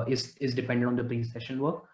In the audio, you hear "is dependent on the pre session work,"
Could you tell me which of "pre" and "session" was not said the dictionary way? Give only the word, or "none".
pre